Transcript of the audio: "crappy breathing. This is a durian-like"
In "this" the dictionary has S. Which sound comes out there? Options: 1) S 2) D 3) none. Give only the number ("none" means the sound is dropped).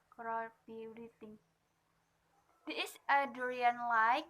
3